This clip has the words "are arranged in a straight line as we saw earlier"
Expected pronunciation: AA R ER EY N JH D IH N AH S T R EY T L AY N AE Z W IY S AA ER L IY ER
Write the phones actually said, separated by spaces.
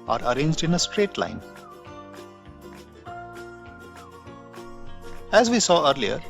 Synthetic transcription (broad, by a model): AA R ER EY N JH D IH N AH S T R EY T L AY N AE Z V IY S AA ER L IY ER